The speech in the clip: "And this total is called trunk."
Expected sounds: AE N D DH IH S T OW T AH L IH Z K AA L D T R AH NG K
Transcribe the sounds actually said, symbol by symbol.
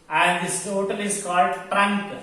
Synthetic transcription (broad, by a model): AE N D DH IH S T OW T AH L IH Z K AA L D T R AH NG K